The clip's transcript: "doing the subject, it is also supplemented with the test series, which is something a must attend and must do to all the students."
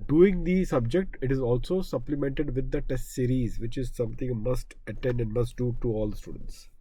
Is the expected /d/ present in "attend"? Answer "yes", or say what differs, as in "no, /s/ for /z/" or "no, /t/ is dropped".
yes